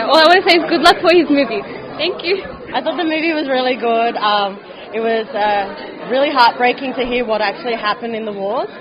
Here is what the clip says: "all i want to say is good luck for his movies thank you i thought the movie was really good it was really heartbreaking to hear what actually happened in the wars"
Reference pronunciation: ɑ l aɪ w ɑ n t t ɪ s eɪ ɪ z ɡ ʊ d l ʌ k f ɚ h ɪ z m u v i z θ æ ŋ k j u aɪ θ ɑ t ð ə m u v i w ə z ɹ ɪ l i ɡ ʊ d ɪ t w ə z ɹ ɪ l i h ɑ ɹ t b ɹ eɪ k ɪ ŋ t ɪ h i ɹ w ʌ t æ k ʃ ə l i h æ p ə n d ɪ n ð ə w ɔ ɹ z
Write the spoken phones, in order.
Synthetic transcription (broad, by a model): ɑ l aɪ w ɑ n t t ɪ s eɪ ɪ z ɡ ʊ d l ʌ k f ɚ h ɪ z m u v i z θ æ ŋ k j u aɪ θ ɑ t ð ə m u v i w ə z ɹ ɪ l i ɡ ʊ d ɪ t w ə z ɹ ɪ l i h ɑ ɹ t b ɹ eɪ k ɪ ŋ t ɪ h i ɹ w ʌ t æ k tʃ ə l i h æ p ə n d ɪ n ð ə w ɔ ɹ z